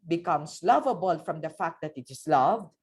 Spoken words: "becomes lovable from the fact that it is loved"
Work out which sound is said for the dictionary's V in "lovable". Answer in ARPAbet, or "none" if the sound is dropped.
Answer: V